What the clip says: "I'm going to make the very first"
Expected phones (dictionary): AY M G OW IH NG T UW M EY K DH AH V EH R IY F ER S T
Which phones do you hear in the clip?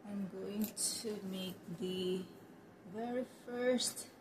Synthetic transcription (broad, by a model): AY M G OW IH NG T UW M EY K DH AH V EH R IY F ER S T